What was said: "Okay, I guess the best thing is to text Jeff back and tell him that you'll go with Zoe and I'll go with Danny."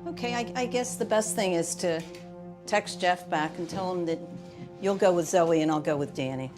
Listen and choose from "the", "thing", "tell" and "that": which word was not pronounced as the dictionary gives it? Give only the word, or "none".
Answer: none